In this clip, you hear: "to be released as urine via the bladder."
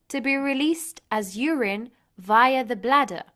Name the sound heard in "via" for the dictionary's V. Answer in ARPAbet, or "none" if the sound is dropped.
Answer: V